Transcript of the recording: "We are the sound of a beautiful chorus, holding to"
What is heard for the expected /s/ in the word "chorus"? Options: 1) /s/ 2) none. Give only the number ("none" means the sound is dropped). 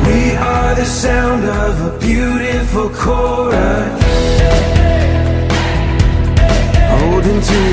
2